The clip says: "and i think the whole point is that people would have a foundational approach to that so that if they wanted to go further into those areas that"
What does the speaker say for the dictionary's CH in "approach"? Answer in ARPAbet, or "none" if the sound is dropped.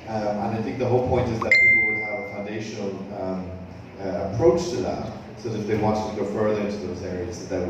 CH